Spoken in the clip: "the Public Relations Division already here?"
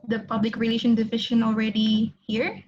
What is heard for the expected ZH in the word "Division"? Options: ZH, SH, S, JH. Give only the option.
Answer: SH